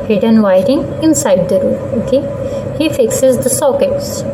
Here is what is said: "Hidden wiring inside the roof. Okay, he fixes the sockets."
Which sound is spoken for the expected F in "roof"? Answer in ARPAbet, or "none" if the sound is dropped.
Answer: none